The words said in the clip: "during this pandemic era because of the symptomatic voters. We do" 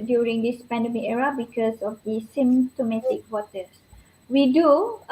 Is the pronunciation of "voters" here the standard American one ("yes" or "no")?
no